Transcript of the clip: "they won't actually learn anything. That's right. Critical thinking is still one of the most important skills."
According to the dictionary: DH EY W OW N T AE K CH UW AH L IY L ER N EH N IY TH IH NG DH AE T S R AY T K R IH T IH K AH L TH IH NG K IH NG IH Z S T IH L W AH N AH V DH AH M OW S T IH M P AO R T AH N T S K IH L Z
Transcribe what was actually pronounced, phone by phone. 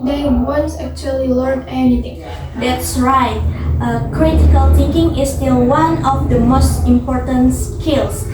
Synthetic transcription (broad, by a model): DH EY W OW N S AE K CH UW AH L IY L ER N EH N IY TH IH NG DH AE T S R AY T K R IH T IH K AH L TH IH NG K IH NG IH S T IH L W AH N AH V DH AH M OW S T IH M P AO R T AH N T S K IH L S